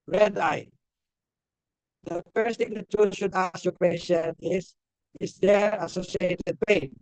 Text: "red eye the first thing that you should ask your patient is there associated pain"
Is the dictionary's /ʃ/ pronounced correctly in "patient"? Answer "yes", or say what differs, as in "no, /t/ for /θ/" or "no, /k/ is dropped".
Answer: no, /s/ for /ʃ/